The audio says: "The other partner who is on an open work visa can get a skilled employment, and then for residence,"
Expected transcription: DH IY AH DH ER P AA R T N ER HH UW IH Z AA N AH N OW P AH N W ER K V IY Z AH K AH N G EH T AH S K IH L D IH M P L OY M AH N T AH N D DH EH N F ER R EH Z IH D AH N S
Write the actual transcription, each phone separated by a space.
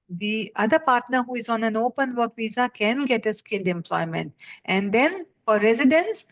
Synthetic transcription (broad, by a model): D IY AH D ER P AA R T N ER HH UW IH Z AA N AH N OW P AH N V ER K V IY Z AH K AH N G EH T AH S K IH L D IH M P L OY M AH N T AH N D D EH N F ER R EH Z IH D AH N S